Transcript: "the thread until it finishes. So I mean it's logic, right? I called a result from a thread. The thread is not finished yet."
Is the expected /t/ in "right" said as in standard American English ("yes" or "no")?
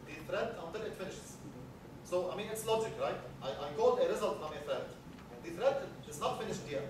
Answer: yes